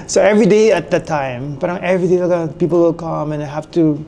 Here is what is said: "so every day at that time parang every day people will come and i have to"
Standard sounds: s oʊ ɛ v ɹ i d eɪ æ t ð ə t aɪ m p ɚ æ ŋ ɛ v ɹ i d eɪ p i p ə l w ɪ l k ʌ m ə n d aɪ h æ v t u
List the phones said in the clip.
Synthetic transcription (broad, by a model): s oʊ ɛ v ɹ i d eɪ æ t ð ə t aɪ m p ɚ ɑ ɛ v ɹ i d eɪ p i p ə l w ɪ l k ʌ m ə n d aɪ h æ f t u